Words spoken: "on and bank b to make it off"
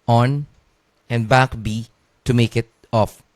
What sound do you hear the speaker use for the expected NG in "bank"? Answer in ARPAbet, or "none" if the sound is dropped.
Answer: none